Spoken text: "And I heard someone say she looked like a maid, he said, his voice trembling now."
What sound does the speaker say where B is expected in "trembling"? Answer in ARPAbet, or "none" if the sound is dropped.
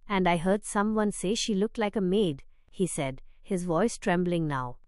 B